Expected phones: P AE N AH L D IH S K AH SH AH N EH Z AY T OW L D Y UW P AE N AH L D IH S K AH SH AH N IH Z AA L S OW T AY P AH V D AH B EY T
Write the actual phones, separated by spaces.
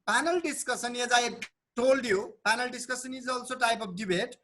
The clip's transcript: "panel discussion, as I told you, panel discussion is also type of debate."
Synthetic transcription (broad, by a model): P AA N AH L D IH S K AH S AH N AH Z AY T OW L D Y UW P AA N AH L D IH S K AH S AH N IH Z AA L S OW T AY P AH P D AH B EY T